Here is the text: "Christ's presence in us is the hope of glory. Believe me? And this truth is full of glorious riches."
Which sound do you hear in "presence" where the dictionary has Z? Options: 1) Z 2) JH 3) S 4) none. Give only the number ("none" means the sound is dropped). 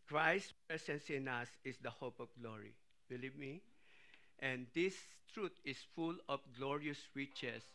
3